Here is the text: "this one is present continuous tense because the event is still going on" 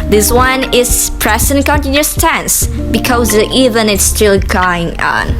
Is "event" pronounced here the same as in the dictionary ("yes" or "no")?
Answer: no